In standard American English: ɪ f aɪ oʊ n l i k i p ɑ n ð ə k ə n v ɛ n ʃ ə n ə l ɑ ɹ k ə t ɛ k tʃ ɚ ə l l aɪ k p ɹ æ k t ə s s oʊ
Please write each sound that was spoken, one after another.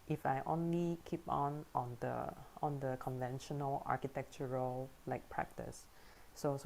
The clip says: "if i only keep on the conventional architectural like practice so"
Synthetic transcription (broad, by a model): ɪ f aɪ oʊ n l i k i p ɑ n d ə k ə n v ɛ n ʃ ə n ə l ɑ k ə t ɛ k tʃ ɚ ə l l aɪ k p ɹ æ k t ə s s oʊ